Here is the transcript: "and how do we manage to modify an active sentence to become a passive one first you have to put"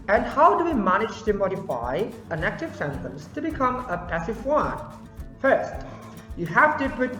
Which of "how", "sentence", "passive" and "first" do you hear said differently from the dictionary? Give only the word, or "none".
none